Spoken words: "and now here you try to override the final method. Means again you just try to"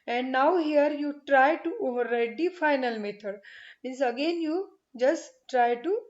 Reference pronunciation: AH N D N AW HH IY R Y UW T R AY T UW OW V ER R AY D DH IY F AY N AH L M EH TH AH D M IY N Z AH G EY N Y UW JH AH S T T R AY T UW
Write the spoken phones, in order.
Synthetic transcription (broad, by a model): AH N D N AW HH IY R Y UW T R AY T UW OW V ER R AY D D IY F AY N AH L M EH T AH D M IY N S AH G EY N Y UW JH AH S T T R AY T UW